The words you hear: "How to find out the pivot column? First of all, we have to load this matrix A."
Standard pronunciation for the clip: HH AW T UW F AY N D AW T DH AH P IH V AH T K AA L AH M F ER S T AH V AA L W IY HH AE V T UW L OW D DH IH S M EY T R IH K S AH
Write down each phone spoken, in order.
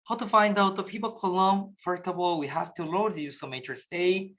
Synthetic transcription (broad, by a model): HH AW T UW F AY N D AW T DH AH P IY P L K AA L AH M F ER T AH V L W IY HH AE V T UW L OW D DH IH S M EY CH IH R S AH